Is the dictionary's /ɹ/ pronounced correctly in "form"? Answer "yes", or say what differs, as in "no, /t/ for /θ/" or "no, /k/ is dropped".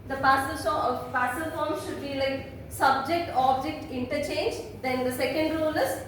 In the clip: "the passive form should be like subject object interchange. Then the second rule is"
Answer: no, /l/ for /ɹ/